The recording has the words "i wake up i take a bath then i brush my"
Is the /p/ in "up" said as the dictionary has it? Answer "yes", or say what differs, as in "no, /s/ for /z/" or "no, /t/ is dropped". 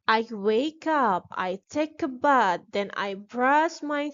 yes